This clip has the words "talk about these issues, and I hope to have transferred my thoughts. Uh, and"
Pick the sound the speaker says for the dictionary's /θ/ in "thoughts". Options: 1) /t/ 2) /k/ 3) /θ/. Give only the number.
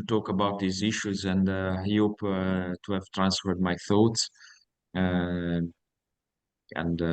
3